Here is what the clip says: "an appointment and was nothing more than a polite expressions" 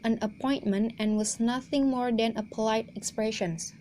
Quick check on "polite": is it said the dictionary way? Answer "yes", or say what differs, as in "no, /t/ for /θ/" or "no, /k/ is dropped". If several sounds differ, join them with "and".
yes